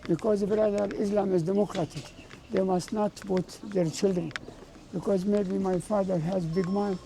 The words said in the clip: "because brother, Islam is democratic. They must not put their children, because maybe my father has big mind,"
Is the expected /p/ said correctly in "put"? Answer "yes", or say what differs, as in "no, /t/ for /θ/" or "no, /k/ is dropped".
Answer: no, /b/ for /p/